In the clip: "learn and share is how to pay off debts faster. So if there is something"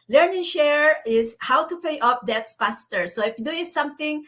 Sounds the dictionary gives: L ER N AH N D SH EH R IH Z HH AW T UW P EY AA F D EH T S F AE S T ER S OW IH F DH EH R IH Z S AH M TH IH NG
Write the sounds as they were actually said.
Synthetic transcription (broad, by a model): L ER N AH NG SH EH R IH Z HH AW T UW P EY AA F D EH T S P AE S T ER S OW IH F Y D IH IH S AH M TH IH NG